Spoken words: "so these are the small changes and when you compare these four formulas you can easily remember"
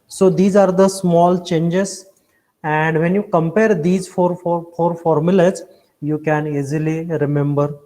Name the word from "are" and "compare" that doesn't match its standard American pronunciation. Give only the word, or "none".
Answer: none